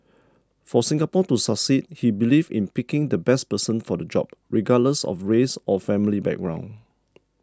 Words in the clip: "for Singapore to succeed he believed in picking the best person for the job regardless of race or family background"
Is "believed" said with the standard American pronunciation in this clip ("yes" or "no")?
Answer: no